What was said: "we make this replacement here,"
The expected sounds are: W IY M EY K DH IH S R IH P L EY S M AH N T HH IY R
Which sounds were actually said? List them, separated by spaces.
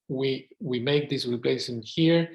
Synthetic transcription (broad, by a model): W IY M EY K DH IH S R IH P L EY S AH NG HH IY R